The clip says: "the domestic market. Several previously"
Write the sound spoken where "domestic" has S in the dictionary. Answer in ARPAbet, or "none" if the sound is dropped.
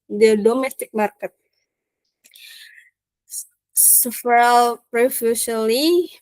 S